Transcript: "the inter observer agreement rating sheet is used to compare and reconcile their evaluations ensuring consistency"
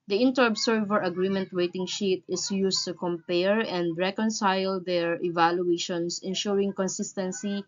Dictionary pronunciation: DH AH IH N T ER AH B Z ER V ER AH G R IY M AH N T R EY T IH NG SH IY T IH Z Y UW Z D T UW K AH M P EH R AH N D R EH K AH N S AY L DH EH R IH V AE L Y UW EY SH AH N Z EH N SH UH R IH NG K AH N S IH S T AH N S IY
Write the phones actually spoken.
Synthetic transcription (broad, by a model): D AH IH N T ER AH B S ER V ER AH G R IY M AH N T W EY T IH NG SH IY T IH S Y UW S T UW K AH M P EH R AH N D R EH K AH N S AY L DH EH R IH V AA L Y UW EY SH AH N S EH N SH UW R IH NG K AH N S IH S T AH N S IY